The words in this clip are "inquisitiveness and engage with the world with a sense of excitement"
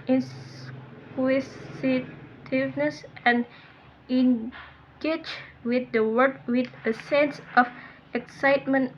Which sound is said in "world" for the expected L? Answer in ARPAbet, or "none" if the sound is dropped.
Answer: none